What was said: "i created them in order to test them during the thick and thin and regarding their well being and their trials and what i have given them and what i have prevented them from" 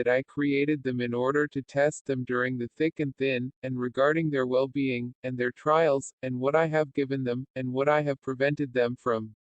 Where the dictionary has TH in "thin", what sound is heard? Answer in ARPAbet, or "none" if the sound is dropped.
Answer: TH